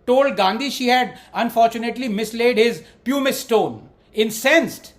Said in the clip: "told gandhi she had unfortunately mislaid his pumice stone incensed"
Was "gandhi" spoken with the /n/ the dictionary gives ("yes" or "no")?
yes